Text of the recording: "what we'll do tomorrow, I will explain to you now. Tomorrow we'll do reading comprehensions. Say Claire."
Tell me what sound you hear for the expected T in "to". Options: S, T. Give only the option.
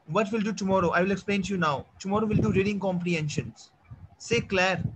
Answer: T